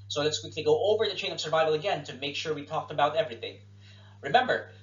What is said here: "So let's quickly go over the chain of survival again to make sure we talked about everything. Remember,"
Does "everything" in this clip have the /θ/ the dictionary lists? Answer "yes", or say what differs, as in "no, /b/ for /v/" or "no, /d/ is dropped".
yes